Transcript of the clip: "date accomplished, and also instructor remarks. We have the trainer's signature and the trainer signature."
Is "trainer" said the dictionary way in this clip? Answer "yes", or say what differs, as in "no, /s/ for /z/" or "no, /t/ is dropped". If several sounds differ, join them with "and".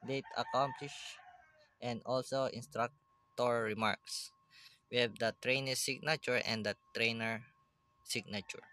yes